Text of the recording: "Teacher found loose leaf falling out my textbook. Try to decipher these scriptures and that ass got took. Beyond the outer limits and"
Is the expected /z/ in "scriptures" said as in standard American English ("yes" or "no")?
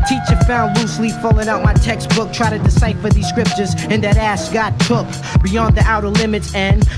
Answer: yes